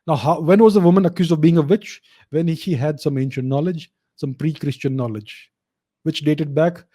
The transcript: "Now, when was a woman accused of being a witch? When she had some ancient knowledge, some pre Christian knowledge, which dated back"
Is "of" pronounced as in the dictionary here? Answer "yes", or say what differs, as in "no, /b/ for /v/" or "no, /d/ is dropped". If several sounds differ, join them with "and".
yes